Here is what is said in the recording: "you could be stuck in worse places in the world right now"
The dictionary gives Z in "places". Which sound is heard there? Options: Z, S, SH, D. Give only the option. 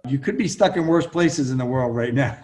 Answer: Z